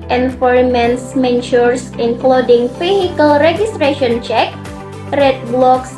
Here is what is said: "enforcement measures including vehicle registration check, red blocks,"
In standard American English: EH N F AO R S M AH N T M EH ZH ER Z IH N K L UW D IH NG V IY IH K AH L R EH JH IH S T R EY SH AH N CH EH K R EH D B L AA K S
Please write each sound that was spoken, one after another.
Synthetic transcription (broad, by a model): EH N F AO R M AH N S M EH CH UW S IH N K L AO D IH NG F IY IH K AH L R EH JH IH S T R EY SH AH N CH EH K R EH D B L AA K S